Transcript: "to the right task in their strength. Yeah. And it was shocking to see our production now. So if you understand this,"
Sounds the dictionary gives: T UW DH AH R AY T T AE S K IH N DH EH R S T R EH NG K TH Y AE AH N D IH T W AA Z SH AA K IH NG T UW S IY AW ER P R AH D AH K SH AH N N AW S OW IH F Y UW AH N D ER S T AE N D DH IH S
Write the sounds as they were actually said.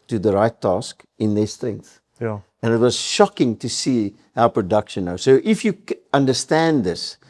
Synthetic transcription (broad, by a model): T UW DH AH R AY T T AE S K IH N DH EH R S T R EH NG K TH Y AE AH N IH T W AA Z SH AA K IH NG T UW S IY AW P R AH D AH K SH AH N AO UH S OW IH F Y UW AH N D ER S T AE N D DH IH S